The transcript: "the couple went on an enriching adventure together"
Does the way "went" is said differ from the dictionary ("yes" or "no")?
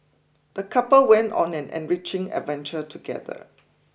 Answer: no